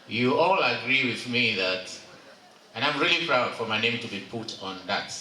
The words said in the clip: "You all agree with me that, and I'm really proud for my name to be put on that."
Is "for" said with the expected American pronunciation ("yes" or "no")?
yes